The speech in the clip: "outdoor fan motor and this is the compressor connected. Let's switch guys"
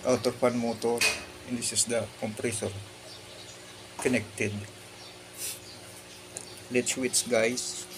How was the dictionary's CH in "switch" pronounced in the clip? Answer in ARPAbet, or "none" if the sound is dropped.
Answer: S